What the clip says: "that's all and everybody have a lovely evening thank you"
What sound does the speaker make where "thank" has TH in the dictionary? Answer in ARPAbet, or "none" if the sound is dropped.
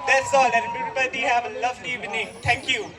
T